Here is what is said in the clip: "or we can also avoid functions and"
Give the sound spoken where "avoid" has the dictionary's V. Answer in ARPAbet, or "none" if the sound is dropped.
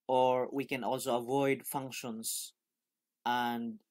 V